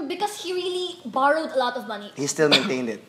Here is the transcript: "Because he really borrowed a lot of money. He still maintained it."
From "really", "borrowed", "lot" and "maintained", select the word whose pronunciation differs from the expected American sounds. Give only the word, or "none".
none